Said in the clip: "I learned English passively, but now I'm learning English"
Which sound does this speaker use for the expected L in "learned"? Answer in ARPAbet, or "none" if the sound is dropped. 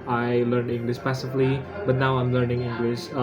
L